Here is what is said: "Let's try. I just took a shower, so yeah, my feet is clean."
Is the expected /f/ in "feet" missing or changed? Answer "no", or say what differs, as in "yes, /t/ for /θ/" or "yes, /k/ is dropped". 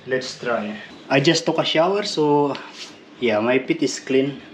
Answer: yes, /p/ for /f/